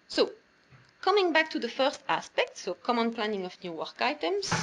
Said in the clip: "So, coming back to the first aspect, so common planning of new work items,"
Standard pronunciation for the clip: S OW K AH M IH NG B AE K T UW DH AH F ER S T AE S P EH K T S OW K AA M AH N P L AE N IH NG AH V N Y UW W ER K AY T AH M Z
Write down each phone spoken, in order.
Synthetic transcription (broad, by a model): S OW K AH M IH NG B AE K T UW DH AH F ER S T AE S P EH K T S OW K AA M AH N P L AE N IH NG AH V N Y UW W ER K AY T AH M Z